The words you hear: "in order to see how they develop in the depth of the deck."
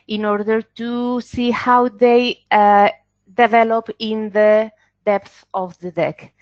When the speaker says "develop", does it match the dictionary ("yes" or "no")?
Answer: yes